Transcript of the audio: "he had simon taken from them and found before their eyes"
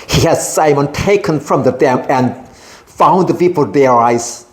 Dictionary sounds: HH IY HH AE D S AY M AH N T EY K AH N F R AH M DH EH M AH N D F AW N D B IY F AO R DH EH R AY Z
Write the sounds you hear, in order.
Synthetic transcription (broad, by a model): HH IY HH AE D S AY M AH N T EY K AH N F R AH M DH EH M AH N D F AW N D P IY P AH L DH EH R AY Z